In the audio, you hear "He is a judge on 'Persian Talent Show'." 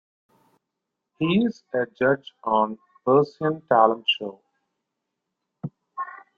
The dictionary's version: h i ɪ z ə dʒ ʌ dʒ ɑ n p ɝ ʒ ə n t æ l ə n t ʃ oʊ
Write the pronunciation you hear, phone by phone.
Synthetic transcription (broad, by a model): h i ɪ z ə dʒ ʌ dʒ ɑ n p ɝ s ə n t æ l ə n t ʃ oʊ